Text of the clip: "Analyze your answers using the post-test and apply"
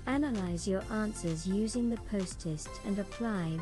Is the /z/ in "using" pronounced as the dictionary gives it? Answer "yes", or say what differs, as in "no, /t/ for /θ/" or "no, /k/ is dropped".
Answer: yes